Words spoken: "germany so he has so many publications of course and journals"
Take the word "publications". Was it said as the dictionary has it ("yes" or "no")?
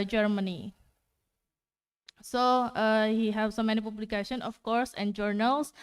no